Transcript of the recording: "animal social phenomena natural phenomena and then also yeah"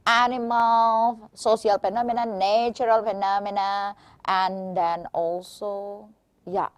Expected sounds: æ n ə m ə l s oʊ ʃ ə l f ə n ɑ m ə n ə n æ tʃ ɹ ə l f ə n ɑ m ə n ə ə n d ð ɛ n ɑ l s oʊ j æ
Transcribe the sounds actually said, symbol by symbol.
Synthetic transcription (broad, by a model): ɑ n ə m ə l s oʊ s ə l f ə n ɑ m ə n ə n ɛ tʃ ɹ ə l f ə n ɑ m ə n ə ə n d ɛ n ɑ l s oʊ j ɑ